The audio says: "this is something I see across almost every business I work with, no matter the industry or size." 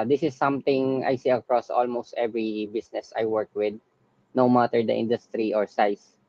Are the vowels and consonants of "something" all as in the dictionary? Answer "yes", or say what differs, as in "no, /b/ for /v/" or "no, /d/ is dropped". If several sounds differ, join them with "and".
no, /t/ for /θ/